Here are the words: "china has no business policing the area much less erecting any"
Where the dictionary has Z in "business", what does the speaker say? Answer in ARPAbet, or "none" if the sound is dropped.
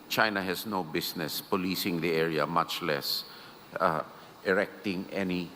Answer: S